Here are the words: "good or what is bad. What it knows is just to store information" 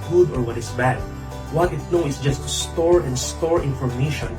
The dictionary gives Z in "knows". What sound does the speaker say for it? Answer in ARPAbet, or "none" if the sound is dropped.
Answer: none